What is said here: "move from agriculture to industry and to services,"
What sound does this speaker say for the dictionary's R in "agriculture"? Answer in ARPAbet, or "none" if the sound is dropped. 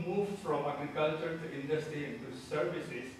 R